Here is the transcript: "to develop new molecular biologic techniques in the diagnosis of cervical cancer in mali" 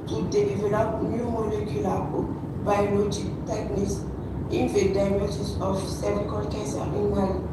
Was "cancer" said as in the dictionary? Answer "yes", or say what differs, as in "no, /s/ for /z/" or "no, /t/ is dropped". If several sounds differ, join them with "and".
no, /n/ is dropped